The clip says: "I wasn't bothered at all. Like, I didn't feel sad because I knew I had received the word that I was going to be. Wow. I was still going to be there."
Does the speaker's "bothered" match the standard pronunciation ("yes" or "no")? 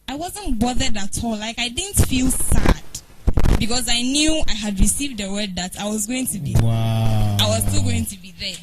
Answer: yes